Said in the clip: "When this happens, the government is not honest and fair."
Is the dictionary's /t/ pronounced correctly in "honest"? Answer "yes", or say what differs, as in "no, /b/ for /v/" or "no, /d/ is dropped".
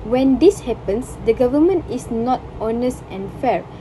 yes